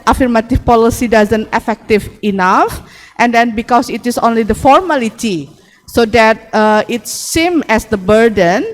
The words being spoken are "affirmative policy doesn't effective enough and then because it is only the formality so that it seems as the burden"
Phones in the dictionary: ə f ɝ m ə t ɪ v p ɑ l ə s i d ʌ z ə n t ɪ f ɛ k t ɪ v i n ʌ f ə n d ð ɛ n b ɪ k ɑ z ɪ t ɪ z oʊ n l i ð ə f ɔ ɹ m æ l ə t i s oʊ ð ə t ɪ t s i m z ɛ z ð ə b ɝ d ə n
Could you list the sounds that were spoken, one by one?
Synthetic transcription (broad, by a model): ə f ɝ m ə t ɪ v p ɑ l ə s i d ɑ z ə n t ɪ f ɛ k t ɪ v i n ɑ f ə n d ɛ n b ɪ k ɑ s ɪ t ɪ s oʊ n l i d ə f ɔ ɹ m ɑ l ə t i s oʊ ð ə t ɪ t s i m ɛ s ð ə b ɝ d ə n